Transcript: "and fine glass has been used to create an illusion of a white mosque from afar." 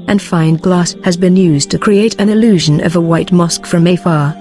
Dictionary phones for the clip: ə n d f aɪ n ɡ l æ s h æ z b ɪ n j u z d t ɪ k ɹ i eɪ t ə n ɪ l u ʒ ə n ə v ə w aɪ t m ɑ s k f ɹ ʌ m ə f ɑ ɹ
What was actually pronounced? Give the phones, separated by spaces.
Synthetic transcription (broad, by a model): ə n f aɪ n ɡ l æ s h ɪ z b ɪ n j u z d t ɪ k ɹ i eɪ t ə n ɪ l u ʒ ə n ə v ə w aɪ t m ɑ s k f ɹ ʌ m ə f ɑ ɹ